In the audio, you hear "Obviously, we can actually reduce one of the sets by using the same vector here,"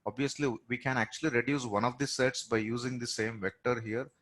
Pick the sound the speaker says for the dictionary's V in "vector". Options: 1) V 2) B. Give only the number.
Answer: 1